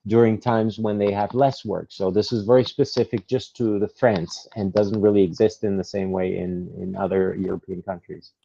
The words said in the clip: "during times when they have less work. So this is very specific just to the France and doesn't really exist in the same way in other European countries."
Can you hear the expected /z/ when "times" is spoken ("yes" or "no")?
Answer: yes